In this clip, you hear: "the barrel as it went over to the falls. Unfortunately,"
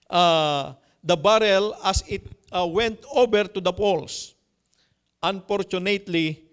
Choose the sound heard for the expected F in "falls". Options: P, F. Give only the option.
P